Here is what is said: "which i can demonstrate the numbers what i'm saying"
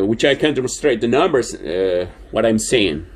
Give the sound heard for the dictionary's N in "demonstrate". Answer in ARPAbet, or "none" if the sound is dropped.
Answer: none